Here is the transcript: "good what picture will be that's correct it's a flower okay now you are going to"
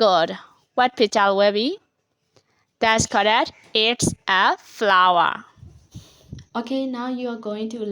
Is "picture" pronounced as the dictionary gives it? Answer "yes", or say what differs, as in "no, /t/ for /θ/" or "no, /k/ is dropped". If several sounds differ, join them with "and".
no, /k/ is dropped